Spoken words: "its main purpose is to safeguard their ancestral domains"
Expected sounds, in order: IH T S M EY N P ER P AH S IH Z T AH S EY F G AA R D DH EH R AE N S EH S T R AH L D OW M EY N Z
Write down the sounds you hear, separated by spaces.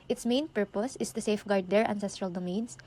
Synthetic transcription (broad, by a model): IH T S M EY N P ER P AH S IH S T AH S EY F G AA R D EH R AE N S EH S T R AH L D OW M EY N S